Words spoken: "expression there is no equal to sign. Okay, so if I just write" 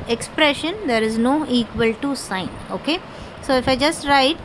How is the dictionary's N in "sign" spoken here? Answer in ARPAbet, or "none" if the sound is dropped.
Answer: N